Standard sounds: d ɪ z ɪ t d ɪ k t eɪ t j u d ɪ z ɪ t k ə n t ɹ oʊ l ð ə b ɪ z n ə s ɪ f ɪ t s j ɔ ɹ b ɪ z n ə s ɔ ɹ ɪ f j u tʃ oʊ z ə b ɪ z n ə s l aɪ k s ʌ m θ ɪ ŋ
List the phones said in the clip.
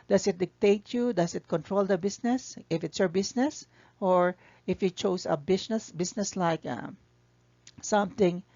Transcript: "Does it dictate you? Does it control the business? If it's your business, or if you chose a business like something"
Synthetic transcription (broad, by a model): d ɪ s ɪ t d ɪ k t eɪ t j u d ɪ s ɪ t k ə n t ɹ oʊ l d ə b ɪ s n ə s ɪ f ɪ t s j ɔ ɹ b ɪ s n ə s ɔ ɹ ɪ f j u tʃ oʊ s ə b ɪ s n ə s l aɪ k s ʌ m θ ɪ ŋ